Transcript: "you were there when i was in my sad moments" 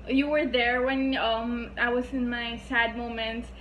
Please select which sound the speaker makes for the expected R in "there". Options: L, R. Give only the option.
R